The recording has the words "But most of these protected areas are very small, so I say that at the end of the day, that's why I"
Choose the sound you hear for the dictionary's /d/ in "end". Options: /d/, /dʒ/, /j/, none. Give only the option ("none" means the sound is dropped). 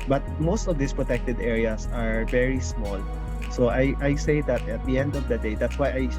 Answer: /d/